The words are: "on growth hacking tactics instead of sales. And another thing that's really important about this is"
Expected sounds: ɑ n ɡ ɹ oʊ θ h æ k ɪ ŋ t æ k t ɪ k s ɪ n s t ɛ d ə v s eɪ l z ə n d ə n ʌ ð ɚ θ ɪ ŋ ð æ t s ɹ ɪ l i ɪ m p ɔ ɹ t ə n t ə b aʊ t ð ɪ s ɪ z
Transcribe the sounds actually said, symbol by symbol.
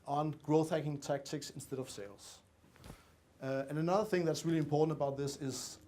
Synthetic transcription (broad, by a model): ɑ n ɡ ɹ oʊ θ h æ k ɪ ŋ t æ k t ɪ k s ɪ n s t ɛ d ə v s eɪ l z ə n ə n ʌ ð ɚ θ ɪ ŋ ð æ t s ɹ ɪ l i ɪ m p ɔ ɹ t n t ə b aʊ t ð ɪ s ɪ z